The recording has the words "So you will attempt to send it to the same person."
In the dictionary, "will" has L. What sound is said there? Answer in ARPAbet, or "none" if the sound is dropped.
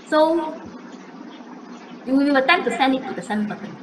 W